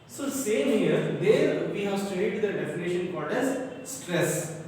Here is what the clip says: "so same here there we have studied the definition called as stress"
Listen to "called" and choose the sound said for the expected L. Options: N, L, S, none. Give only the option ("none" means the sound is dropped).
none